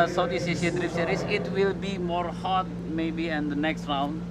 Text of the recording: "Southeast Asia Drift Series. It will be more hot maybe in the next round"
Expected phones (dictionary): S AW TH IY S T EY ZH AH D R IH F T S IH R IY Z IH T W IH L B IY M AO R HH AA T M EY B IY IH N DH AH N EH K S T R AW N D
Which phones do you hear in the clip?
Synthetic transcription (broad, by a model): S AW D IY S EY S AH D R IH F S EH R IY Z IH T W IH L B IY M AO R HH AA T M EY B IY IH N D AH N EH K S T R AW N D